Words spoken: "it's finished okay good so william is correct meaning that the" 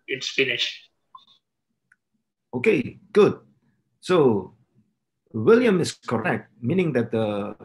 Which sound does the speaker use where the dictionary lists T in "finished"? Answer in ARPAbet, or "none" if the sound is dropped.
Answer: none